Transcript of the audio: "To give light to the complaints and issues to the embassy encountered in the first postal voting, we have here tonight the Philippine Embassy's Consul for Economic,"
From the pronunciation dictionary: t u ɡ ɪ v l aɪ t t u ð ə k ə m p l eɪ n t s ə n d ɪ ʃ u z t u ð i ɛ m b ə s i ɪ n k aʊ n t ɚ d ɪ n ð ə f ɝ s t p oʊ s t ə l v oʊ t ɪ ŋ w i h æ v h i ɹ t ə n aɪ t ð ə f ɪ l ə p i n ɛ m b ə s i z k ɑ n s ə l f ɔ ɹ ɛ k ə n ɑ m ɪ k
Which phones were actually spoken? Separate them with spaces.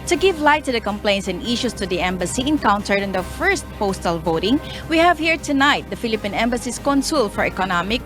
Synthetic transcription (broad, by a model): t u ɡ ɪ v l aɪ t t u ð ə k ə m p l eɪ n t s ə n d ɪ ʃ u s t u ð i ɛ m b ə s i ɪ n k aʊ n t ɚ d ɪ n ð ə f ɝ s t p oʊ s t ə l v oʊ t ɪ ŋ w i h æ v h i ɹ t ə n aɪ t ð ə f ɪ l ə p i n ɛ m b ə s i s k ɑ n s ə l f ɔ ɹ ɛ k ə n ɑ m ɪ k